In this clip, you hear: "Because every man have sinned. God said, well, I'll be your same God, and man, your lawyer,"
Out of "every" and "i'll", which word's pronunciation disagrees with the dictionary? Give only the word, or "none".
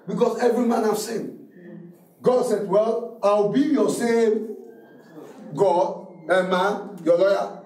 i'll